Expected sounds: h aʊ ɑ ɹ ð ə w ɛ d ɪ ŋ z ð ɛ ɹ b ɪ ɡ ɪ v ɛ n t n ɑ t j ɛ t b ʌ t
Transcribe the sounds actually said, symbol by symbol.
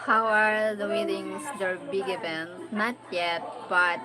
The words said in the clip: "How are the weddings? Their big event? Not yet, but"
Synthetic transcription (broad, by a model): h aʊ ɑ ɹ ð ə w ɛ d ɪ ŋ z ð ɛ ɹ b ɪ ɡ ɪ b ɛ n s n ɑ t j ɛ t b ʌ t